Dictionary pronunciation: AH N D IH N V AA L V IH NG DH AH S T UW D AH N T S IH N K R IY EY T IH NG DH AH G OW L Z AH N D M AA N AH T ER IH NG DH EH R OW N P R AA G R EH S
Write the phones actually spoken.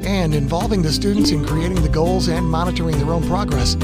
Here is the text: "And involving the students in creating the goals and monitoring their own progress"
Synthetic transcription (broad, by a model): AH N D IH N V AA L V IH NG DH AH S T UW D N T S IH N K R IY EY T IH NG DH AH G OW L Z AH N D M AA N AH T ER IH NG DH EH R OW N P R AA G R EH S